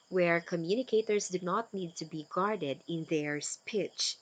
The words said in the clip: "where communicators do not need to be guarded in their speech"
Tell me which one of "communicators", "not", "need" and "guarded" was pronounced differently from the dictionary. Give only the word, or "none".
communicators